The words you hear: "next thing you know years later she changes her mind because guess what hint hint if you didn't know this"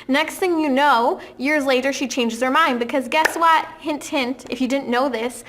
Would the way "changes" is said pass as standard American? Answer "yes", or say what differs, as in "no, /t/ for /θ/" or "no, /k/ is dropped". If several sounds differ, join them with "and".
yes